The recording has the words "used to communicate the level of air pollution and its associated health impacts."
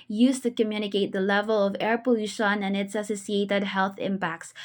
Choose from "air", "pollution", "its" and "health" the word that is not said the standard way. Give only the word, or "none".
none